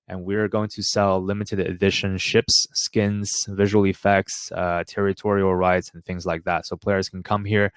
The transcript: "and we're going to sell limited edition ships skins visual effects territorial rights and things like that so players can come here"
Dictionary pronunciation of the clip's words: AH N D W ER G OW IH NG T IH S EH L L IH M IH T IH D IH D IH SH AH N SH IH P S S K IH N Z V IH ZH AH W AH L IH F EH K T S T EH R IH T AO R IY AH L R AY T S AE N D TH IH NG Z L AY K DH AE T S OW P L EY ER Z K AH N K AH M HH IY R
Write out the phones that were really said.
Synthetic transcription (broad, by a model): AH N W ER G OW IH NG T IH S EH L L IH M IH T IH D IH D IH SH AH N SH IH P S S K IH N Z V IH ZH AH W L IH F EH K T S T EH R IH T AO R IY L R AY T S N TH IH NG Z L AY K DH AE T S OW P L EY ER Z K N K AH M HH IY R